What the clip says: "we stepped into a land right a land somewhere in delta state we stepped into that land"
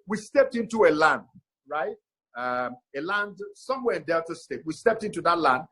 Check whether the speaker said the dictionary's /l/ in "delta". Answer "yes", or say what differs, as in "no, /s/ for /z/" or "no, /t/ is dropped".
no, /l/ is dropped